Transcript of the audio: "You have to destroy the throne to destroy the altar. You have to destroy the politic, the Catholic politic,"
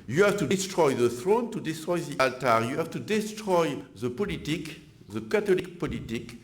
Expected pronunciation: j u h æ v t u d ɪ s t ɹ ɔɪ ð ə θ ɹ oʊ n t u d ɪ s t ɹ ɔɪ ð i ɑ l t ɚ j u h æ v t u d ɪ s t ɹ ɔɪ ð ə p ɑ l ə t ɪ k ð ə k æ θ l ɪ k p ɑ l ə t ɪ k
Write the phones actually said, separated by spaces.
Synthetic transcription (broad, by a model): j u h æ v t u d ɪ s t ɹ ɔɪ ð ə θ ɹ oʊ n t u d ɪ s t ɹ ɔɪ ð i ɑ l t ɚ j u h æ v t u d ɪ s t ɹ ɔɪ ð ə p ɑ l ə t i k ð ə k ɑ t l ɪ k p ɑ l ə t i k